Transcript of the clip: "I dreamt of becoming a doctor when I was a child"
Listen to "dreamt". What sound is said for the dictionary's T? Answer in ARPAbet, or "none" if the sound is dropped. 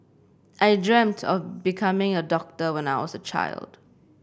T